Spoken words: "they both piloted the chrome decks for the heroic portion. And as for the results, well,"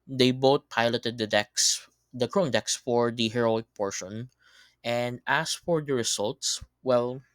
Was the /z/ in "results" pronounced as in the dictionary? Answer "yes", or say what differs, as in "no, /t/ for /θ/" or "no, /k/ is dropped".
no, /s/ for /z/